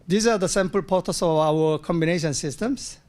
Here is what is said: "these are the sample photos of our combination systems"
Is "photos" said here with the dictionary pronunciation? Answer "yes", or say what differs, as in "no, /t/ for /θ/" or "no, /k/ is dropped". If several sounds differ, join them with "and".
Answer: no, /p/ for /f/ and /s/ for /z/